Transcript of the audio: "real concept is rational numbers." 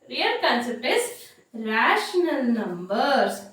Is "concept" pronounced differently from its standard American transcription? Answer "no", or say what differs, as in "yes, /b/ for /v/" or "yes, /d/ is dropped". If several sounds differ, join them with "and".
yes, /t/ is dropped